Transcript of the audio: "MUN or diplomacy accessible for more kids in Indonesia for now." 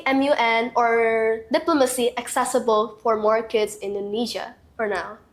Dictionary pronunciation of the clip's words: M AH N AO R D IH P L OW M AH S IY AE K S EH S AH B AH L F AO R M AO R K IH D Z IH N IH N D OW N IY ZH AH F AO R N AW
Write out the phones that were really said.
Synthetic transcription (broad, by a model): M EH N AO R D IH P L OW M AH S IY AE K S EH S AH B AH L F AO R M AO R K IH D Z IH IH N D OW N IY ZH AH F AO R N AW